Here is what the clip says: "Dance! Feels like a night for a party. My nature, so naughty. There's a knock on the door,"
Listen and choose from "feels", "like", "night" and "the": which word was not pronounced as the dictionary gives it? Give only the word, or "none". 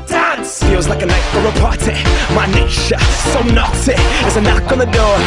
feels